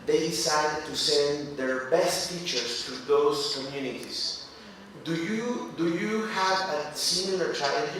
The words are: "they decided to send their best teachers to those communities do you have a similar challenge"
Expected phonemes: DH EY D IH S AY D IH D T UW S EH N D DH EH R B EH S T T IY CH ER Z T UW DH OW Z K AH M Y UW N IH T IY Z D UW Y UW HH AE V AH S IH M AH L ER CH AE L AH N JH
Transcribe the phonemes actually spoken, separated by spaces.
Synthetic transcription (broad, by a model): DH EY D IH S AY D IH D T UW S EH N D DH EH R B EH S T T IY CH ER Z T UW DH OW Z K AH M Y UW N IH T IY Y D UW Y UW HH AE V AH S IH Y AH ER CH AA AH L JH